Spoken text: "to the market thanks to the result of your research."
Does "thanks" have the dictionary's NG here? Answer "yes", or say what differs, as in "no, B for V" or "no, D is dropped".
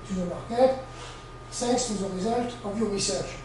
no, NG is dropped